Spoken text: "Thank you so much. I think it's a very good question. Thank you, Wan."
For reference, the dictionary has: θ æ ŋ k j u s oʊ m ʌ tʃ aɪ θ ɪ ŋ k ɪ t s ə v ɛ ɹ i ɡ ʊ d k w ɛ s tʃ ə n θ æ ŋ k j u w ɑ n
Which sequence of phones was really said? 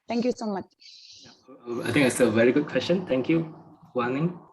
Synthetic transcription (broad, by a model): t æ ŋ k j u s oʊ m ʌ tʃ aɪ t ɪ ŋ ɪ t s ə v ɛ ɹ i ɡ ʊ d k w ɛ s tʃ ə n t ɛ ŋ k j u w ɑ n